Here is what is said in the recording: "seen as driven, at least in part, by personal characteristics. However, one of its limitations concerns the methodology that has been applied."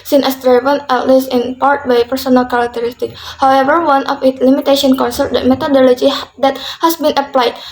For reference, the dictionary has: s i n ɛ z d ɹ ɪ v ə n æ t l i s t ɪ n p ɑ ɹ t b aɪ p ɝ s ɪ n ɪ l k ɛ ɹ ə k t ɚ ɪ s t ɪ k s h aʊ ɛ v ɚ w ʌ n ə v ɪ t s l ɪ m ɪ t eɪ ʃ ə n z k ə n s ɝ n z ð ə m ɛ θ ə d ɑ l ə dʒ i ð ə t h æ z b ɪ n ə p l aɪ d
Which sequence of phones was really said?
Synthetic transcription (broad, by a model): s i n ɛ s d ɹ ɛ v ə n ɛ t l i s ɪ n p ɑ ɹ t b aɪ p ɝ s ɪ n ɪ l k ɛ ɹ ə k t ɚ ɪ s t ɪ k h aʊ ɛ v ɚ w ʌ n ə f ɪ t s l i m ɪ t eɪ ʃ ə n k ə n s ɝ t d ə m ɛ t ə d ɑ l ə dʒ i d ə t h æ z b ɪ n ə p l aɪ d